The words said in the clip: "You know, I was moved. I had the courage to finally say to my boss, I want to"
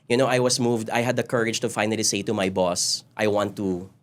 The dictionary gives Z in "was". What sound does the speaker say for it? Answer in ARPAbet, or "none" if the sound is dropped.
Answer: S